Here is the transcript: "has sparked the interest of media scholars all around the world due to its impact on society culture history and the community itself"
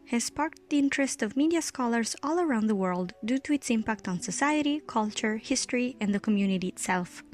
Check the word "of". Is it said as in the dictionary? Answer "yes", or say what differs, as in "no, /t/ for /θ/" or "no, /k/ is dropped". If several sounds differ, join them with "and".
yes